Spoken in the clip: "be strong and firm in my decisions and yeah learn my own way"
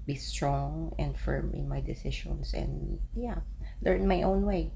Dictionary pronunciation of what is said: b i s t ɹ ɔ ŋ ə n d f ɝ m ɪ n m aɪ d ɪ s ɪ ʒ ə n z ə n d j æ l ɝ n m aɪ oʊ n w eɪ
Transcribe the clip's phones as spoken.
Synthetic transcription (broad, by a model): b i s t ɹ ɔ ŋ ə n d f ɝ m ɪ n m aɪ d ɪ s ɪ ʃ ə n s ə n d j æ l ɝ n m aɪ oʊ n w eɪ